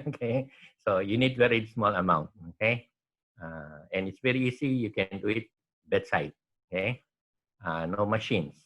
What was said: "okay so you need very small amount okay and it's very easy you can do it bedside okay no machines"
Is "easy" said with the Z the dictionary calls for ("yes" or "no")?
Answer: no